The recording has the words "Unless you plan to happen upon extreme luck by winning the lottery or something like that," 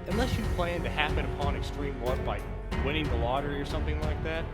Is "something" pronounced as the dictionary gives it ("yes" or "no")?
yes